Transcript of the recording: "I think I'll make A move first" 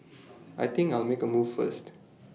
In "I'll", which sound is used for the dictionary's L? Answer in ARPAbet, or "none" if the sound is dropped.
L